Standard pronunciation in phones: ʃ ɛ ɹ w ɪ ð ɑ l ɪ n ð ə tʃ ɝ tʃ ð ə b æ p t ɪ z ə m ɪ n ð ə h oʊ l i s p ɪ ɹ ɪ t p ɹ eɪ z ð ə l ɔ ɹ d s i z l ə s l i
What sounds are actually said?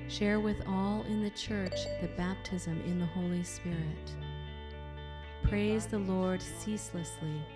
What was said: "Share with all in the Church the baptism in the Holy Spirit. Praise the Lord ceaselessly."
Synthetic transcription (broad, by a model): ʃ ɛ ɹ w ɪ ð ɑ l ɪ n ð ə tʃ ɝ tʃ ð ə b æ p t ɪ z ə m ɪ n ð ə h oʊ l i s p ɪ ɹ ɪ t p ɹ eɪ z ð ə l ɔ ɹ d s i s l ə s l i